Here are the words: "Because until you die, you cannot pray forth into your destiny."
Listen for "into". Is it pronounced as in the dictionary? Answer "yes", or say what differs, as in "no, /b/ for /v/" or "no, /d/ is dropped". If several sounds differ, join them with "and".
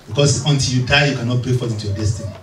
no, /n/ is dropped